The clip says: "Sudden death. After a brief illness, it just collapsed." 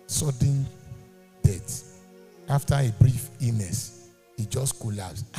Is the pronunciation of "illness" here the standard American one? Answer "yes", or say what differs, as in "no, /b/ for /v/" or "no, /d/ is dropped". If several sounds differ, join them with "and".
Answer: no, /l/ is dropped